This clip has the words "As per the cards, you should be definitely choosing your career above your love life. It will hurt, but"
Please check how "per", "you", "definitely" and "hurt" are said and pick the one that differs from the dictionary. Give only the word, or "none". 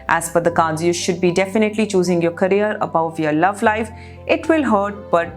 per